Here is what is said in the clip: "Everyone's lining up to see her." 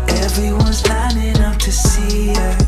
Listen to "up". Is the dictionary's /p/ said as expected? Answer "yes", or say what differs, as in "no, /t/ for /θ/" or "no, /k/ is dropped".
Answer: no, /f/ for /p/